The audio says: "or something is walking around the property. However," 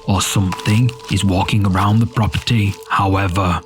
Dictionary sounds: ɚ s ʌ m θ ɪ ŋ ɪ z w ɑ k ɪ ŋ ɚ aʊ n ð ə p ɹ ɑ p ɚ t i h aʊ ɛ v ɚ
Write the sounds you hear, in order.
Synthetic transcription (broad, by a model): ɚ s ʌ m θ ɪ ŋ ɪ z w ɑ k ɪ ŋ ɚ aʊ n ð ə p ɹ ɑ p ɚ t i h aʊ ɛ v ɚ